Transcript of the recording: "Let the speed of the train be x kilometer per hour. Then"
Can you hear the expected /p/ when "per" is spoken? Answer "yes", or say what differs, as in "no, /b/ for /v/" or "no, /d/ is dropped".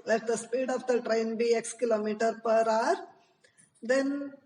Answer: yes